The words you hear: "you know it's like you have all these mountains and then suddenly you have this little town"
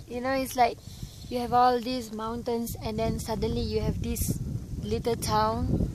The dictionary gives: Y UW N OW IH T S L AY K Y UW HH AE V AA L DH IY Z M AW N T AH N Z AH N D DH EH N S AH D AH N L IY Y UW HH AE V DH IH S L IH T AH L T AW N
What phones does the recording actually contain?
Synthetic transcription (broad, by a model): Y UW N OW IH T S L AY K Y UW HH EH V AA L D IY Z M AW N T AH N S AH N D EH N S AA D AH N L IY Y UW HH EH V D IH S L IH T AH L T AW N